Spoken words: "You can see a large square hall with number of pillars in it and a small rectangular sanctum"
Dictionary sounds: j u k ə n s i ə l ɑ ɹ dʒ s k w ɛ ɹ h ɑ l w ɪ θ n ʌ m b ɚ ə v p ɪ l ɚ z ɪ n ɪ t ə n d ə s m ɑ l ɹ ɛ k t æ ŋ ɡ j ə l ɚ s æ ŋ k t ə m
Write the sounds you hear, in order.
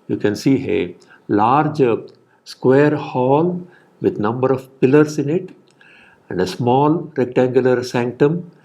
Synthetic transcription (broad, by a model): j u k ə n s i ə l ɑ ɹ dʒ s k w ɛ ɹ h ɑ l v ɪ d n ʌ m b ɚ ə v p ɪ l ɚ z ɪ n ɪ t ə n d ə s m ɑ l ɹ ɛ k t æ ŋ ɡ j ə l ɚ s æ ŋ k t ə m